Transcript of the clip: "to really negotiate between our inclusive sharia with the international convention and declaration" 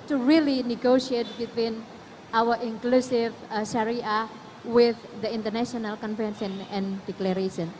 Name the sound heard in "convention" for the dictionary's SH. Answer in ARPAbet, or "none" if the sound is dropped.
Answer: S